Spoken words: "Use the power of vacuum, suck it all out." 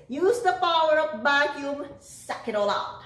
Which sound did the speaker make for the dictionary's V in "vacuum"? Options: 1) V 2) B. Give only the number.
2